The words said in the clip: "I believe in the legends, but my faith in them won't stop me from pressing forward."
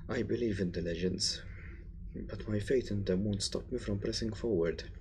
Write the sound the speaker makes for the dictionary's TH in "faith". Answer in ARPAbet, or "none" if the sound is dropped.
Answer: T